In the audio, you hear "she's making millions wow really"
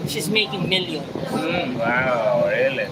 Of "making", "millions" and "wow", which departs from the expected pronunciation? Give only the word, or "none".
millions